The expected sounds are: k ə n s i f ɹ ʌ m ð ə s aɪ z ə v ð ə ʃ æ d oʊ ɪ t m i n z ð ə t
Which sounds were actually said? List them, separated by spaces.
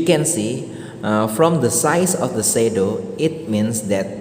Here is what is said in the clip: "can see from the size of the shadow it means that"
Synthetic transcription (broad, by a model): k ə n s i f ɹ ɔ m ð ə s aɪ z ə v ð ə s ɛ d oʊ ɪ t m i n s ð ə t